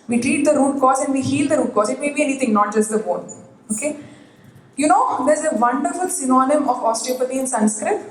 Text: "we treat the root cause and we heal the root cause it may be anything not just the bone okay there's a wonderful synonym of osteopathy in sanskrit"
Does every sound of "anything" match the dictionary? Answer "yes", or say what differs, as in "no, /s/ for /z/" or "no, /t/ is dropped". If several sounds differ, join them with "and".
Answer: no, /t/ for /θ/